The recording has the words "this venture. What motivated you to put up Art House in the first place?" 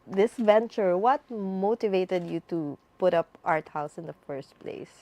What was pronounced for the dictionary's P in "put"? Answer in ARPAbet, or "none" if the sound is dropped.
P